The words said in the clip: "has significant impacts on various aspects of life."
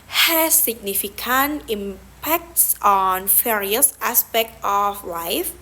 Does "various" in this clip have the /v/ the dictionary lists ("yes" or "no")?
no